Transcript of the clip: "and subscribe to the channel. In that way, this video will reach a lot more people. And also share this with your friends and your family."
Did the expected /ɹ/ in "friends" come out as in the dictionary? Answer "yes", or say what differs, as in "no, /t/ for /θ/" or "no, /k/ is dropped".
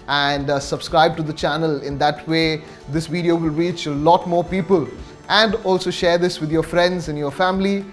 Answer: yes